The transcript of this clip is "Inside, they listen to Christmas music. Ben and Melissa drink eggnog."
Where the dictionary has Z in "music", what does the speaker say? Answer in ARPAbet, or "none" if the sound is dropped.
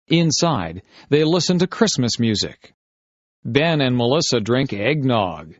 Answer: Z